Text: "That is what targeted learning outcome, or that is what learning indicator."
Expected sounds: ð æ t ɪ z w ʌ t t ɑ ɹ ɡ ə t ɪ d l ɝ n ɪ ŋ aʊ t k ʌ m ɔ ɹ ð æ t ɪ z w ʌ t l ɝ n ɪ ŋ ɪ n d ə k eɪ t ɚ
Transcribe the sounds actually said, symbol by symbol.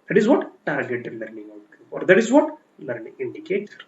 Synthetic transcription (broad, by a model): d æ t ɪ z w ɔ t t ɑ ɹ ɡ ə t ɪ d l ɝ n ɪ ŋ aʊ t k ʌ ɔ ɹ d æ t ɪ z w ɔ t l ɝ n ɪ ŋ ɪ n d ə k eɪ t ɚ